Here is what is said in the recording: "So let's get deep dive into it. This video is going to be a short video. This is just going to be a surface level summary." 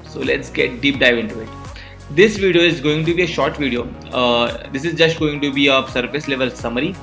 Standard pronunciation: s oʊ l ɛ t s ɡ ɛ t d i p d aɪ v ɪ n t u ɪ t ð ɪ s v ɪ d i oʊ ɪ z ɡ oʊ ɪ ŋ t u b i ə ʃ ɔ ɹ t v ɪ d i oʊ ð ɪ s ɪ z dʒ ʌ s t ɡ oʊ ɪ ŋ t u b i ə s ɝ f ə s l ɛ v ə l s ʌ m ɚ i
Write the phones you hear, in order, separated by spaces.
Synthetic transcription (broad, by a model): s oʊ l ɛ t s ɡ ɛ t d i p d aɪ v ɪ n t u ɪ t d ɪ s v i d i oʊ ɪ z ɡ oʊ ɪ ŋ t u b i ə ʃ ɔ ɹ t v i d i oʊ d ɪ s ɪ z dʒ ʌ s t ɡ oʊ ɪ ŋ t u b i ə s ɝ f ə s l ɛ v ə l s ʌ m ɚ i